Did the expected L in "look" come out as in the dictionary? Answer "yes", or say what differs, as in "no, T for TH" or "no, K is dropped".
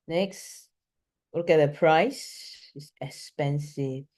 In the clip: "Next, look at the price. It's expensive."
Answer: no, W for L